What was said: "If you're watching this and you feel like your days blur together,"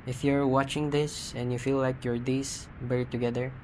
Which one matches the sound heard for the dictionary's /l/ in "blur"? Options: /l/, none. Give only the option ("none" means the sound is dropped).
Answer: none